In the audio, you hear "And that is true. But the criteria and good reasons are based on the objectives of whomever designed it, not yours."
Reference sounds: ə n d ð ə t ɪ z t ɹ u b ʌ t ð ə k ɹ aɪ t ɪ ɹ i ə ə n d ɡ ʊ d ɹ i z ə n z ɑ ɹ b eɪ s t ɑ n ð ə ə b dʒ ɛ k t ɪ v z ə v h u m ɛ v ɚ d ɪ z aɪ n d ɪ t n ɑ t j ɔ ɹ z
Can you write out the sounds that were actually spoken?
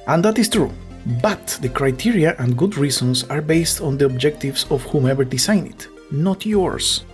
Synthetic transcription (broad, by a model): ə n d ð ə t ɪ s t ɹ u b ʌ t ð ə k ɹ aɪ t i ɹ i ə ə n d ɡ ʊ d ɹ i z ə n s ɑ ɹ b eɪ s t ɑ n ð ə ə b dʒ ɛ k t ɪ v s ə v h u m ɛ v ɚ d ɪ s aɪ n ɪ t n ɑ t j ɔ ɹ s